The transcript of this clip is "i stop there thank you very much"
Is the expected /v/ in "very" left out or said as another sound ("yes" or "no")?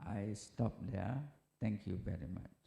no